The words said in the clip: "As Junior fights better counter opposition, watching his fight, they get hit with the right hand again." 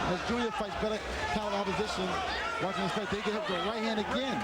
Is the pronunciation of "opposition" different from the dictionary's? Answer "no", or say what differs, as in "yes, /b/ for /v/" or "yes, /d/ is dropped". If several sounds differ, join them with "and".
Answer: no